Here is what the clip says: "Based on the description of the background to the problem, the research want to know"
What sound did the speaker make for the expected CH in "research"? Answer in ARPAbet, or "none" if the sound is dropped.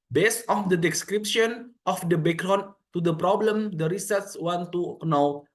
S